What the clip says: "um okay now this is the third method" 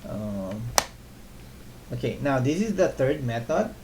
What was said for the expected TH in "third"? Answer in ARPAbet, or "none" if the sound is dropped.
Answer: T